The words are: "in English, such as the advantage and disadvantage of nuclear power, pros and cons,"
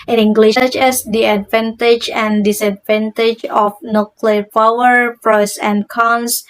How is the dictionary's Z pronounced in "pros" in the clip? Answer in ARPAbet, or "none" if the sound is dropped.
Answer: S